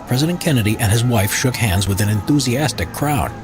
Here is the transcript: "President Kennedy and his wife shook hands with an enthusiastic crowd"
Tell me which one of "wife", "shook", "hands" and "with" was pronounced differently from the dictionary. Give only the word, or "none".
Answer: none